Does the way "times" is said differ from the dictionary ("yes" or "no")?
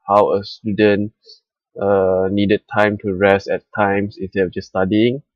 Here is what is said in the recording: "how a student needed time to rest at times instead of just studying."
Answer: yes